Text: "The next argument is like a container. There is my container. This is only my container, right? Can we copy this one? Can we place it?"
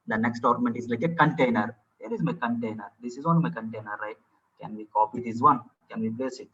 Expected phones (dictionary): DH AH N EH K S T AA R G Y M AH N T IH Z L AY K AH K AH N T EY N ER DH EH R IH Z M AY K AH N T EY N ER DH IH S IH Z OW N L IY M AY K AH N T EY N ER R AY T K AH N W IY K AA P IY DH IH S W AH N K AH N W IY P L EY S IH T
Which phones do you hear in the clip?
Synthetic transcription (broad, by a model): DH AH N EH K S T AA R M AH N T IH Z L AY K AH K AH N T EY N ER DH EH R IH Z M AY K AH N T EY N ER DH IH S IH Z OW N IY M AY K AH N T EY N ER R AY T K AH N W IY K AA P IY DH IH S W AH N K AH N W IY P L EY S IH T